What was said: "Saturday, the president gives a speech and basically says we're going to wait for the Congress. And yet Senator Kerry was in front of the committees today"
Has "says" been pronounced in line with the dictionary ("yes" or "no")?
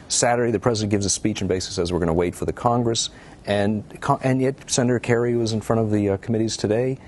yes